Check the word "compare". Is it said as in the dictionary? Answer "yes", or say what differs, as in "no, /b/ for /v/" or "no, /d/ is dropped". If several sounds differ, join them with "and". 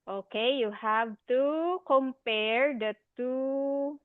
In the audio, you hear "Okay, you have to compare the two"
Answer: yes